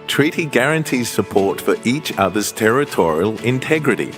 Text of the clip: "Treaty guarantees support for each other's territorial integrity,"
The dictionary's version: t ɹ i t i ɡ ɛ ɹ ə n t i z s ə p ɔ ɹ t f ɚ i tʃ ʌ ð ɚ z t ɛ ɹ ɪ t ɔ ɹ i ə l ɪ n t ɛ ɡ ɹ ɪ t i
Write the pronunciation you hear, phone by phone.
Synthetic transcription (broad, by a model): t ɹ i t i ɡ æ ɹ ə n t i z s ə p ɔ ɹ t f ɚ i tʃ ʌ ð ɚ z t ɛ ɹ ɪ t ɔ ɹ i ə l ɪ n t ɛ ɡ ɹ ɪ t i